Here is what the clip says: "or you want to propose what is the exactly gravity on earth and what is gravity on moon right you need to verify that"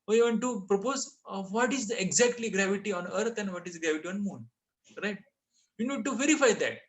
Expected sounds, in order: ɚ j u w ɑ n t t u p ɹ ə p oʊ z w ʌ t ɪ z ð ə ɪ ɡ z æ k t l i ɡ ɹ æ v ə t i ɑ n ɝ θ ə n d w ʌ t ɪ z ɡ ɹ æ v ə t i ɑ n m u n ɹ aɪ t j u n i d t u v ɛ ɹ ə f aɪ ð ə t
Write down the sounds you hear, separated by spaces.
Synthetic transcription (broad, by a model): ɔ j u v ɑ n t t u p ɹ ə p oʊ z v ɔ t ɪ z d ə ɪ ɡ z æ k t l i ɡ ɹ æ v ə t i ɑ n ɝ t ə n d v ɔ t ɪ z ɡ ɹ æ v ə t i ɑ n m u n ɹ aɪ t j u n i d t u v ɛ ɹ ə f aɪ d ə t